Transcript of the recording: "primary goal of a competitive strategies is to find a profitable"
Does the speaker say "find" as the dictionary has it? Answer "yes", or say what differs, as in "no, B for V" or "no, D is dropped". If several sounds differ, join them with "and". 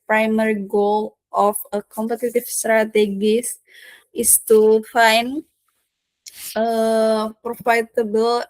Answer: no, D is dropped